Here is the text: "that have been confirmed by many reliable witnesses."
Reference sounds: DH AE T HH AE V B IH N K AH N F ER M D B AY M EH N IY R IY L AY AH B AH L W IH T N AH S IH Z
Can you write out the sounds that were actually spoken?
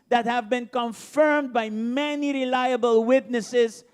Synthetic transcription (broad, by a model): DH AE T HH AE V B IH N K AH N F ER M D B AY M EH N IY R IY L AY AH B AH L W IH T N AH S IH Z